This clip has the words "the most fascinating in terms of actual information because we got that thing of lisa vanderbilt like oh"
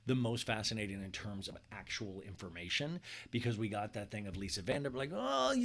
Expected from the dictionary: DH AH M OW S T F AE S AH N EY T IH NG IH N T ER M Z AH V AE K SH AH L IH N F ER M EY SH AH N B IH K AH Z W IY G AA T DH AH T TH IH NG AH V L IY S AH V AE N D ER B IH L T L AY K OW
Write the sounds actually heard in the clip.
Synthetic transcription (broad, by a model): DH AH M OW S T F AE S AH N EY T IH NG IH N T ER M Z AH V AE K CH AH L IH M F ER M EY SH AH N B IH K AH Z W IY G AA T DH AH T TH IH NG AH V L IY S AH V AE N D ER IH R L AY K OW